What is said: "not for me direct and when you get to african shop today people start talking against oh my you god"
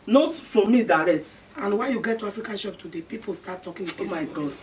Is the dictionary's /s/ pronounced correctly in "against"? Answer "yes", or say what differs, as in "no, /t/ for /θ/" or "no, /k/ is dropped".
no, /s/ is dropped